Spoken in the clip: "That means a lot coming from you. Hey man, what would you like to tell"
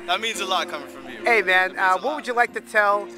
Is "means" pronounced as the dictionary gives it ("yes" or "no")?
yes